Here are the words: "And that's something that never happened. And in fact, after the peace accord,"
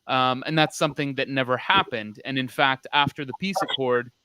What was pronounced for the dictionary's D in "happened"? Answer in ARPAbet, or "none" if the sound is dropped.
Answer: D